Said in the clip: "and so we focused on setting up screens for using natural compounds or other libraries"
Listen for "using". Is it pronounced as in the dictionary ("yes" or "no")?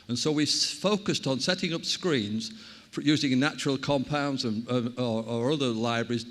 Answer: yes